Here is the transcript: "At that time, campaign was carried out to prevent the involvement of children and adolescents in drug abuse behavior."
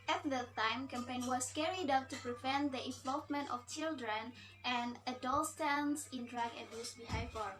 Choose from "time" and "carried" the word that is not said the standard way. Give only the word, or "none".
none